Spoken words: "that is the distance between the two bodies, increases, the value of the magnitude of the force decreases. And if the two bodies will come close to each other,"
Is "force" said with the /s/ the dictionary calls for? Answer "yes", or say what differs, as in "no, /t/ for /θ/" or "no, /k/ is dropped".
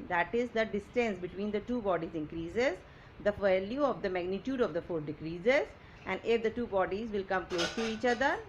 no, /s/ is dropped